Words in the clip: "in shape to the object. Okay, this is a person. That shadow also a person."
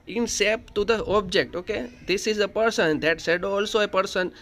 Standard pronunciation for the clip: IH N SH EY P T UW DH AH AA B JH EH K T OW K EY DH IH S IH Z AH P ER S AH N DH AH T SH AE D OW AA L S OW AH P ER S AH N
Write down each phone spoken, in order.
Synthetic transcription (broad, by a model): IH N S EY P T UW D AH AA B JH EH K T OW K EY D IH S IH Z AH P ER S AH N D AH T S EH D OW AA L S OW AH P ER S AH N